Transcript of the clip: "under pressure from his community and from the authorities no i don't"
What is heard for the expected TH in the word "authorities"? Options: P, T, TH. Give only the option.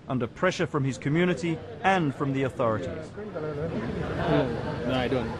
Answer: TH